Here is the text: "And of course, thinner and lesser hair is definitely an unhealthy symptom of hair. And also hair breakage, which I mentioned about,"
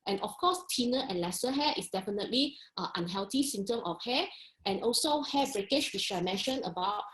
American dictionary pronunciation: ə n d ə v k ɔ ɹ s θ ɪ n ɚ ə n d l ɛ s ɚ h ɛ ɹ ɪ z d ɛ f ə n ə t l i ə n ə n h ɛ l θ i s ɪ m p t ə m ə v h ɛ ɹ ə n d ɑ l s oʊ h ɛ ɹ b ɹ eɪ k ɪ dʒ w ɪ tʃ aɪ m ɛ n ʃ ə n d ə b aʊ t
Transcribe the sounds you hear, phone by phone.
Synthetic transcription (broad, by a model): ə n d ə f k ɔ s t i n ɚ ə n l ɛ s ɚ h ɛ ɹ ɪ s d ɛ f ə n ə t l i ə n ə n h ɛ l t i s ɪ m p t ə m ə f h ɛ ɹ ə n ɑ l s oʊ h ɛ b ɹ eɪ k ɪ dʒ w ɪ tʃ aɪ m ɛ n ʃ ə n ə b aʊ t